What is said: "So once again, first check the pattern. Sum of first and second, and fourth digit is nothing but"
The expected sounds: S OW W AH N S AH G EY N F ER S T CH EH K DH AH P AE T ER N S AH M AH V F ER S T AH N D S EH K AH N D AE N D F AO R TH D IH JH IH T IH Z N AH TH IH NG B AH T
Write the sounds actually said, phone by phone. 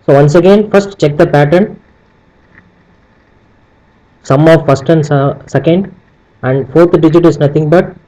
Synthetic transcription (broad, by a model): S OW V AH N S AH G EY N F ER S T CH EH K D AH P AE T ER N S AH M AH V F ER S T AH N D S EH K AH N D AE N D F AO R T D IH JH IH T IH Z N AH T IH NG B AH T